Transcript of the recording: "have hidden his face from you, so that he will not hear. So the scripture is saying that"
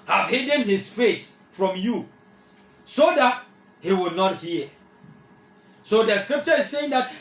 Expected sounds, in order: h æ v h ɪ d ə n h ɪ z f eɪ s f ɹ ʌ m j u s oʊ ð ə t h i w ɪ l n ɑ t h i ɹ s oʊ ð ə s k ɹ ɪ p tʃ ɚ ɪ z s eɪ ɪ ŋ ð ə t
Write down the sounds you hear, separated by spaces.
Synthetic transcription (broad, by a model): h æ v h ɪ d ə n h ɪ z f eɪ s f ɹ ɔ m j u s oʊ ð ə t h i w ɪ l n ɑ t h i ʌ s oʊ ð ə s k ɹ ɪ p tʃ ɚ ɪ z s eɪ ɪ ŋ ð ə t